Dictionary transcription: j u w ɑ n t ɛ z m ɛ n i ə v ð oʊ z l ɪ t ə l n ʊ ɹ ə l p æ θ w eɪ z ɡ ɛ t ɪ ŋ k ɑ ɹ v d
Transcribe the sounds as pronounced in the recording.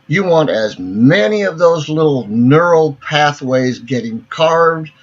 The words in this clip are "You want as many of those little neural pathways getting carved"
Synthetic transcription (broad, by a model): j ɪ w ɑ n t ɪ z m ɛ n i ə v ð oʊ z l ɪ t l n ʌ ɹ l p æ θ w eɪ z ɡ ɛ t ɪ ŋ k ɑ ɹ v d